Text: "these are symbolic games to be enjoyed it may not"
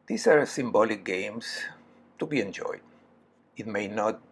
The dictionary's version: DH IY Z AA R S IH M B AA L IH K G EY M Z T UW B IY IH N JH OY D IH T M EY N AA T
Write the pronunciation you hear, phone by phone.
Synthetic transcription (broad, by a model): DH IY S AA R S IH M B AA L IH K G EY M S T UW B IY IH N JH OY D IH T M EY N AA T